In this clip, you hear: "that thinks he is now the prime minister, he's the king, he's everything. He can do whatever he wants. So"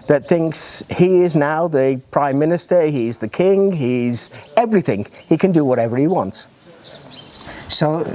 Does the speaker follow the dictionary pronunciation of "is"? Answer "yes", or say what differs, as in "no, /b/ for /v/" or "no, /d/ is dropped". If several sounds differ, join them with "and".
yes